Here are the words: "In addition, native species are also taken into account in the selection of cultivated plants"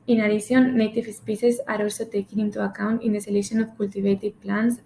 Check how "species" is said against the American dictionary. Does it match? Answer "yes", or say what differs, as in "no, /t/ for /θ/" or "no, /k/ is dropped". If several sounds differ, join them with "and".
no, /s/ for /ʃ/